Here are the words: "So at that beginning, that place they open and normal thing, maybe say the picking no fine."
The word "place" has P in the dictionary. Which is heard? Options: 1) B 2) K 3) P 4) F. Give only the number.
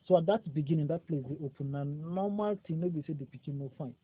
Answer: 3